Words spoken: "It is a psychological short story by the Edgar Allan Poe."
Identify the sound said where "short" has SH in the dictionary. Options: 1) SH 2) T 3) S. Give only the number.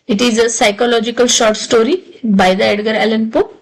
1